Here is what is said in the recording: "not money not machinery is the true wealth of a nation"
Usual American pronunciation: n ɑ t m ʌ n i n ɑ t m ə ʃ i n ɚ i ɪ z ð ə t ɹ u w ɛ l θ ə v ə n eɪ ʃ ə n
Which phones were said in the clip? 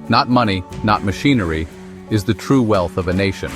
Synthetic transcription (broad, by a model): n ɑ t m ʌ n i n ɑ t m ə ʃ i n ɚ i ɪ z ð ə t ɹ u w ɛ l θ ə v ə n eɪ ʃ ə n